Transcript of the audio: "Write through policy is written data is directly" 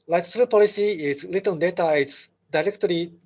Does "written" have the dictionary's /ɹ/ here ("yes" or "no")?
no